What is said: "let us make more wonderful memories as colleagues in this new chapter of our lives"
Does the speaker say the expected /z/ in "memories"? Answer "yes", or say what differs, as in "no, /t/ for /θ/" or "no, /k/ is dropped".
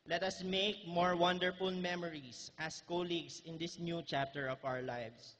no, /s/ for /z/